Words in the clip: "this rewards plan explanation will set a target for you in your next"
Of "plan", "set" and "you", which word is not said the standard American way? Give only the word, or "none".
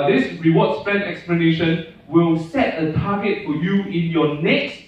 plan